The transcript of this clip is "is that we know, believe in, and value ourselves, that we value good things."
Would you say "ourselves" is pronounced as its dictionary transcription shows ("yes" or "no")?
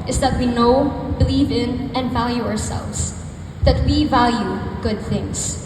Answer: yes